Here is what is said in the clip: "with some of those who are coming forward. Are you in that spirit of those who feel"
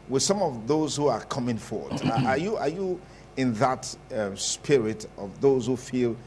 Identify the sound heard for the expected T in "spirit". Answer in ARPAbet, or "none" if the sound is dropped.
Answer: T